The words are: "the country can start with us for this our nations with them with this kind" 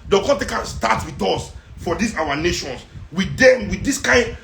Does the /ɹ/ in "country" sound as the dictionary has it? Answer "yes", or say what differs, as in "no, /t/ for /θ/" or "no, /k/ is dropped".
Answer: no, /ɹ/ is dropped